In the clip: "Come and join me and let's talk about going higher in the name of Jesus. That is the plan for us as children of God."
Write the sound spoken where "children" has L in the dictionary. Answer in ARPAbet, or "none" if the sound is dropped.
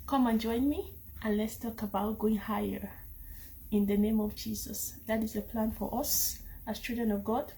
none